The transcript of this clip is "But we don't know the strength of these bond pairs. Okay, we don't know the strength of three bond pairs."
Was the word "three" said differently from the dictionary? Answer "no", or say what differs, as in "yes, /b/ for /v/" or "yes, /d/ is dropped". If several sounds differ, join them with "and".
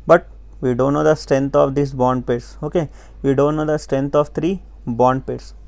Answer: yes, /t/ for /θ/